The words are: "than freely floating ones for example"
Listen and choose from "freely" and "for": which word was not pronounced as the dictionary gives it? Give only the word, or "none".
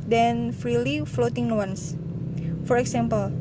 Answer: none